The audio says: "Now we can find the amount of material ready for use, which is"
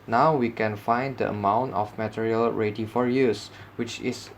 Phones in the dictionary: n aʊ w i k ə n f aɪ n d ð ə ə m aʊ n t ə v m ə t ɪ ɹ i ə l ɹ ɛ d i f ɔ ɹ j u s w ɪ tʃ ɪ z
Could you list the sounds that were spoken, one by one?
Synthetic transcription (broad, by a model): n aʊ w i k ə n f aɪ n d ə ə m aʊ n t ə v m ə t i ɹ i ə l ɹ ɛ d i f ɔ ɹ j u s w ɪ tʃ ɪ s